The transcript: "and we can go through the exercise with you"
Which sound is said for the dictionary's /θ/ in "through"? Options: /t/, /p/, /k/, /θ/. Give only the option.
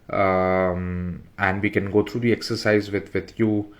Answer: /t/